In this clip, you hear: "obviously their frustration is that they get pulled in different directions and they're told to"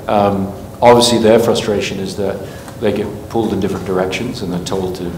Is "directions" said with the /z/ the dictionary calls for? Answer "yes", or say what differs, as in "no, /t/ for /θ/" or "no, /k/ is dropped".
yes